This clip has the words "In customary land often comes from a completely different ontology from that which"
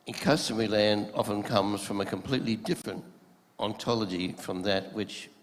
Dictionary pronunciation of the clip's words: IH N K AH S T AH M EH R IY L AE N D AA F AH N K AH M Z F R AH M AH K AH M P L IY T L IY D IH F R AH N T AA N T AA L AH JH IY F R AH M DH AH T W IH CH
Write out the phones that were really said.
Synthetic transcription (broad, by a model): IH K AH S T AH M R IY L AE N D AA F AH N K AH M Z F R AH M AH K AH M P L IY T L IY D IH F R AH N T AA N T AA L AH JH IY F R AH M DH AH T W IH CH